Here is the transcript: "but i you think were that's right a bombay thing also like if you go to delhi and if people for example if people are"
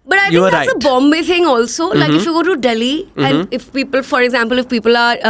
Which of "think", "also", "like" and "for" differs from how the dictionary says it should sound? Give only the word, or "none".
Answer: think